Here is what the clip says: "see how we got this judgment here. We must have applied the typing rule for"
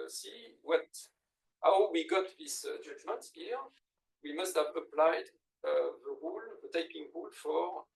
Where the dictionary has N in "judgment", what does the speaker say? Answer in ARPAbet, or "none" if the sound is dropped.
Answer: none